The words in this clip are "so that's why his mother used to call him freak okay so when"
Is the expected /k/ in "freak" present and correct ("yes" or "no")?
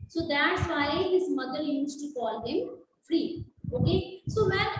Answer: no